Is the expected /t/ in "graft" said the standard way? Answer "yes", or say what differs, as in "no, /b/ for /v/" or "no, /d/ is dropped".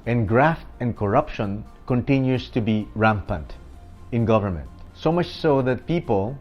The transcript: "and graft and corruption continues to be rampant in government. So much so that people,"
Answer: yes